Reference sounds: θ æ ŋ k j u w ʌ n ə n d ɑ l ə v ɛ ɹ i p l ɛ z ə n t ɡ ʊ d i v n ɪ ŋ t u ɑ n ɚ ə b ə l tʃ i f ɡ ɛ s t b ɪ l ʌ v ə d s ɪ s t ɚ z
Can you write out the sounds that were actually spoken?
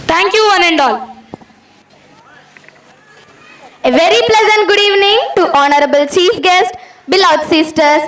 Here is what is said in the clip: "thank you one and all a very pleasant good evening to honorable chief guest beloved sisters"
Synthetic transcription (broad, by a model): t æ ŋ k j u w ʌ n ə n d ɑ l ə v ɛ ɹ i p l ɛ z ə n t ɡ ʊ d i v n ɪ ŋ t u ɑ n ɚ ə b ə l tʃ i f ɡ ɛ s t b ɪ l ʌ ə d s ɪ s t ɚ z